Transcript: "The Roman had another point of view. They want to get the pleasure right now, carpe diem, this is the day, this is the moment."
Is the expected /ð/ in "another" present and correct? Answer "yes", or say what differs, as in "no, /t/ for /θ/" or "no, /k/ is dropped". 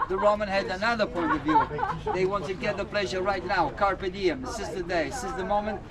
yes